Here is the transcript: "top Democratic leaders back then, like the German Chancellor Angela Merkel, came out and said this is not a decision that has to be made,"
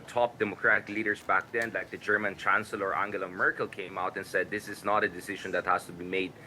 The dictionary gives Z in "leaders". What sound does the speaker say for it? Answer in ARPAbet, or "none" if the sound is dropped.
S